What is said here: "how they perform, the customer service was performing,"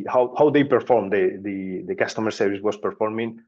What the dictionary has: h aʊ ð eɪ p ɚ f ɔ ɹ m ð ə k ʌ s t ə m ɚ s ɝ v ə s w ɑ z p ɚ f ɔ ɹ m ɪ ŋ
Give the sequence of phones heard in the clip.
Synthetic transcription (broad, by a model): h aʊ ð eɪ p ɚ f ɔ ɹ m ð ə k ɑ s t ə m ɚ s ɝ v ə s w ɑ s p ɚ f ɔ ɹ m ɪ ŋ